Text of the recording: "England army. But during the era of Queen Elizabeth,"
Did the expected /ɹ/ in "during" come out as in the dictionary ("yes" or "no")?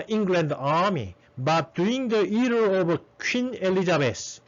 no